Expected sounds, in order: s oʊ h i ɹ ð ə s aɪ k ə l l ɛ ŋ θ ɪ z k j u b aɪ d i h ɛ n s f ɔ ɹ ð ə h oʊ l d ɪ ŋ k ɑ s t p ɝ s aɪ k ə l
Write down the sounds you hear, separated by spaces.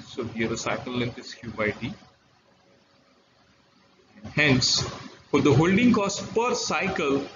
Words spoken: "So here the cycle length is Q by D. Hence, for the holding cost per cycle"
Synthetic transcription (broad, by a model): s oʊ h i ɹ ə s aɪ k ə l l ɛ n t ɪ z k j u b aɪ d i h ɛ n s f ɔ ɹ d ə h oʊ l d ɪ ŋ k ɑ s t p ɝ s aɪ k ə l